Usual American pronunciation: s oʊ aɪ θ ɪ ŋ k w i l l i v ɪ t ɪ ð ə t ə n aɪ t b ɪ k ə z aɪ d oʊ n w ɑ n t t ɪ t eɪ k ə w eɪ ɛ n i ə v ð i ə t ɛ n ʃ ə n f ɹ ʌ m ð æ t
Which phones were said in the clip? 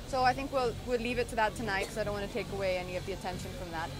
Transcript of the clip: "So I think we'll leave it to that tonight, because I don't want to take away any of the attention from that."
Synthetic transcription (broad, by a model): s oʊ aɪ θ ɪ ŋ k w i l l i v ɪ t ɪ ð ə t ə n aɪ t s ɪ ə aɪ d oʊ n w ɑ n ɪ t eɪ k ə w eɪ ɛ n i ə v ð i ə t ɛ n ʃ ə n f ɹ ʌ m ð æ t